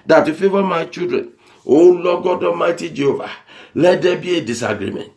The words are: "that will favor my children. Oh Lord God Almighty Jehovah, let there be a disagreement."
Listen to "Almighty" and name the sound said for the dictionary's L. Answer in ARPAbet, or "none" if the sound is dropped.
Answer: none